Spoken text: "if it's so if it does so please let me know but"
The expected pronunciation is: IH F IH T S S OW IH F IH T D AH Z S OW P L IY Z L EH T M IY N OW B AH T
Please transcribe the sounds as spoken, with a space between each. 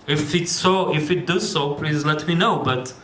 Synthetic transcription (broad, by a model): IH F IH T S S OW IH F IH T D AH Z S OW P L IY Z L EH T M IY N OW B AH T